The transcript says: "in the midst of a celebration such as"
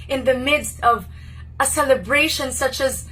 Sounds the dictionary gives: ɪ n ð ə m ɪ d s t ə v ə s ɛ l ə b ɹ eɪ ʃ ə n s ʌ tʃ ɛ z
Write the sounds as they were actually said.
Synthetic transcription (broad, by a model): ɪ n ð ə m ɪ d s t ə v ə s ɛ l ə b ɹ eɪ ʃ ə n s ʌ tʃ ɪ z